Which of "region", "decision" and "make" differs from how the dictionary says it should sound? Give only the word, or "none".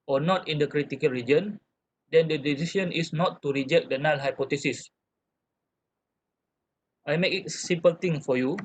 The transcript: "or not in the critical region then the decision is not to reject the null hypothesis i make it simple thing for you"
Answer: decision